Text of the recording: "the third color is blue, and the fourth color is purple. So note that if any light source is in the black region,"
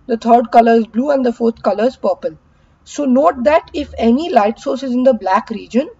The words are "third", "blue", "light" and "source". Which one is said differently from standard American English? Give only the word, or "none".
third